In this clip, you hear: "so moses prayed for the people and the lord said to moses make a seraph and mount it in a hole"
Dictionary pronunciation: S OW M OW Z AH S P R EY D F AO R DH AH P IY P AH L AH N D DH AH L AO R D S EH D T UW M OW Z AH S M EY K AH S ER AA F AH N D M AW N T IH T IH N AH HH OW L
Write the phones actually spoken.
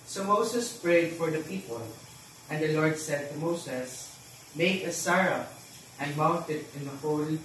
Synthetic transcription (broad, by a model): S OW M OW S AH S P R EY D F AO R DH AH P IY P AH L AH N D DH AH L AO R D S EH D T UW M OW S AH S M EY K AH S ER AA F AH N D M AW N T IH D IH N AH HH OW L